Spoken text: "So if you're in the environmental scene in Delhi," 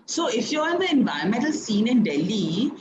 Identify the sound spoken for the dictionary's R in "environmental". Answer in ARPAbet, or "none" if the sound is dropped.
none